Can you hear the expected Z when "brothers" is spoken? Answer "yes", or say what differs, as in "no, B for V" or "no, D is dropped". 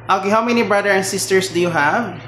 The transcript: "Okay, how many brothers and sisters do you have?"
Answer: no, Z is dropped